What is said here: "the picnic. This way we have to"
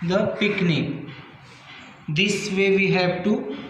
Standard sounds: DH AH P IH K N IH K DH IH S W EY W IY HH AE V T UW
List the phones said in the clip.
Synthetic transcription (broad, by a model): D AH P IH K N IH K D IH S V EY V IY HH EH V T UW